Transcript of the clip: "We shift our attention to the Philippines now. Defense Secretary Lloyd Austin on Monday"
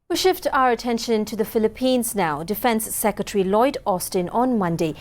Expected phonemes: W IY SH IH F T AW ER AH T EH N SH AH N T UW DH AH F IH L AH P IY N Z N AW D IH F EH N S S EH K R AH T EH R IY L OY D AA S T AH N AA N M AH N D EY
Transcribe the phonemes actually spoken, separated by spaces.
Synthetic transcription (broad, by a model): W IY SH IH F T AW ER AH T EH N SH AH N T UW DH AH F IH L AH P IY N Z N AW D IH F EH N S S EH K R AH T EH R IY L OY D AA S T AH N AA N M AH N D EY